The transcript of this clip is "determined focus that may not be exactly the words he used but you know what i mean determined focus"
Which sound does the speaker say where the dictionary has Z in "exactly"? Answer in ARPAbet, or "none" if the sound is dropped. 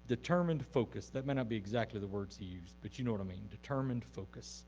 Z